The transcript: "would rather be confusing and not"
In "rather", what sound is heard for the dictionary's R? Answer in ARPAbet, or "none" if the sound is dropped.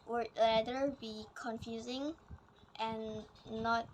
L